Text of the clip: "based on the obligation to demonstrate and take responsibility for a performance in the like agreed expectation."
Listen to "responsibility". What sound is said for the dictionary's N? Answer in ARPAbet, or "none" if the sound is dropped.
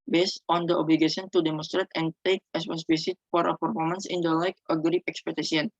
none